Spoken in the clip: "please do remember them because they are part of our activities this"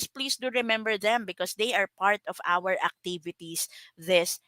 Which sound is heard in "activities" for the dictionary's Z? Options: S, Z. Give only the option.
S